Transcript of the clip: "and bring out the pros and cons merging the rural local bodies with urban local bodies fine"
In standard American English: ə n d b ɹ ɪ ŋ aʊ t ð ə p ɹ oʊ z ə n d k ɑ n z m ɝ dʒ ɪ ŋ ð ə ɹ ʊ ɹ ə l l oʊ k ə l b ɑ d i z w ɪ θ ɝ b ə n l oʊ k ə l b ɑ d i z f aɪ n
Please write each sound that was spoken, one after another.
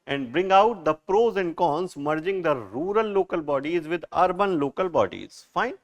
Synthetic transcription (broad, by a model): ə n d b ɹ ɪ ŋ aʊ t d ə p ɹ oʊ z ə n d k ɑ n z m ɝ dʒ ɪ ŋ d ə ɹ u ɹ ə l l oʊ k ə l b ɑ d i z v ɪ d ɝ b ə n l oʊ k ə l b ɑ d i z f aɪ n